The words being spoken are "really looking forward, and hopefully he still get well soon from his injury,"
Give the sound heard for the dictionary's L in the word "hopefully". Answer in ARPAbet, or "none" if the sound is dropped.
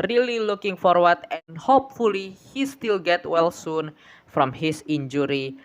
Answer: L